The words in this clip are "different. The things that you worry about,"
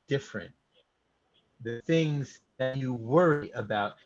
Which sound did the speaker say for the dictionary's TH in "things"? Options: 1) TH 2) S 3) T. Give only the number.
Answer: 1